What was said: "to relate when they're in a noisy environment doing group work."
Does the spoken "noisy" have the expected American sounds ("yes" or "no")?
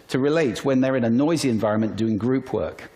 yes